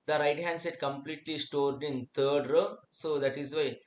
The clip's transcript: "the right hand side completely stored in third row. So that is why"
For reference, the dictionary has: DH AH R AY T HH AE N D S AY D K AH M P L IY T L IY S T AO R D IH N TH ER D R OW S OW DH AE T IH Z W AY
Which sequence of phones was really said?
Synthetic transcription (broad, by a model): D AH R AY T HH AE N D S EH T K AH M P L IY T L IY S T AO R D IH N T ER D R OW S OW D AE T IH Z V AY